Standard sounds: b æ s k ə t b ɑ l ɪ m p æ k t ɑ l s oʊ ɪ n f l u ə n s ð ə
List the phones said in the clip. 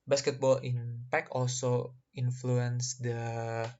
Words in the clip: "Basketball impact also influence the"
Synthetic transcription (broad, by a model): b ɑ s k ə t b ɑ l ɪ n p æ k ɑ l s oʊ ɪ n f l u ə n s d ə